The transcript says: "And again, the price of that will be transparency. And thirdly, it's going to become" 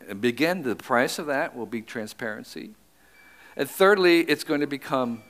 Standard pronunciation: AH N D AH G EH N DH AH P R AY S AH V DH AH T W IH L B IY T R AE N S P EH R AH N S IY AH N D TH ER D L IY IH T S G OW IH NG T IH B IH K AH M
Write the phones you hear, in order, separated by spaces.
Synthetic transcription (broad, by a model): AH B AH G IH N DH AH P R AY S AH V DH AH T W IH L B IY T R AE N S P EH R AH N S IY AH N TH ER D L IY IH T S G OW IH NG T IH B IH K AH M